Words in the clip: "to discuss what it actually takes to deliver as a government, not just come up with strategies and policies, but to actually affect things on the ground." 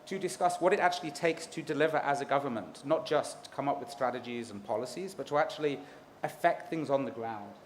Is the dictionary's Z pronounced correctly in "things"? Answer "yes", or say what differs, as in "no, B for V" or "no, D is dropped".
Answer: yes